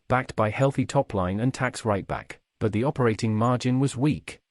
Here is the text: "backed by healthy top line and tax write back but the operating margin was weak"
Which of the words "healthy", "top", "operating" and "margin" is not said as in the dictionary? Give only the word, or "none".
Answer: none